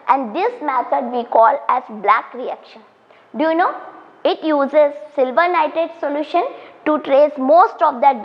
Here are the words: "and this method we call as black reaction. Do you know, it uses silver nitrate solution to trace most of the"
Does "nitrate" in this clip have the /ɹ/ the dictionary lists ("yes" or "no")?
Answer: no